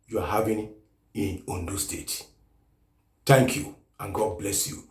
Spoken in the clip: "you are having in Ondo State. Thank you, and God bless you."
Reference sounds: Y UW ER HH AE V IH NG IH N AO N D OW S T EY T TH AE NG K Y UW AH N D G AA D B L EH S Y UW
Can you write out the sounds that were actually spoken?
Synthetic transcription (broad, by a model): Y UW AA HH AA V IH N IH N AO N D OW S T EY T T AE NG K Y UW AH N G AA D B L EH S Y UW